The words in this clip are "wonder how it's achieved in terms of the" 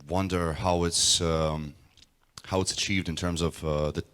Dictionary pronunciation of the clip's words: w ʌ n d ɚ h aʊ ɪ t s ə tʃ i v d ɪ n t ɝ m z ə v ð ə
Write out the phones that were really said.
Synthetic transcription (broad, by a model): w ʌ n d ɚ h aʊ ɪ t s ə tʃ i v d ɪ n t ɝ m z ə v ð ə